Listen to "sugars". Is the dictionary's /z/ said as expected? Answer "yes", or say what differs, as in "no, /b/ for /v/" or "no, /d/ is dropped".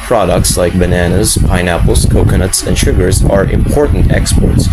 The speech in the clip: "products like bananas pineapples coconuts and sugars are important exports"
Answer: yes